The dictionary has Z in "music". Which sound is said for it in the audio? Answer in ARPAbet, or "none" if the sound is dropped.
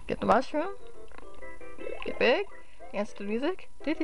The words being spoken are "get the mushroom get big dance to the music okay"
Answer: Z